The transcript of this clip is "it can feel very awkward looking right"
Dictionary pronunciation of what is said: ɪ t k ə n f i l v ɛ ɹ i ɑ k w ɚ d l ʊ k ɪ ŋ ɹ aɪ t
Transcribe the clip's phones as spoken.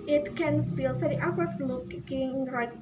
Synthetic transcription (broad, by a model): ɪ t k ə n f i l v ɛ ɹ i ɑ w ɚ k l ʊ k ɪ ŋ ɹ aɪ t